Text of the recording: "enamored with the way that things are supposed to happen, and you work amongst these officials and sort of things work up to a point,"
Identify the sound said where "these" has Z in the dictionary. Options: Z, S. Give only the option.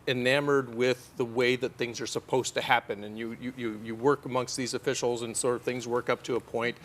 Z